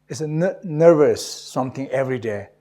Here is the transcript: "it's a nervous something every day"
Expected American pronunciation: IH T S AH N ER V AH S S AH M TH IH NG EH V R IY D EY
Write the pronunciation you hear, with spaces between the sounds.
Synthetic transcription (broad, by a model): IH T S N N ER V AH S S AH M T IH NG EH V R IY D EY